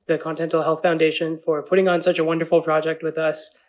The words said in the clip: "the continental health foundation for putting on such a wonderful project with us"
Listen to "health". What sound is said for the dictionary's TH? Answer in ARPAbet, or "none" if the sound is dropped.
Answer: TH